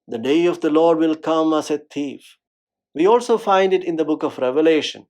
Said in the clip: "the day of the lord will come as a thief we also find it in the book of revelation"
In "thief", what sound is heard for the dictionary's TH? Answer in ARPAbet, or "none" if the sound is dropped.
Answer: T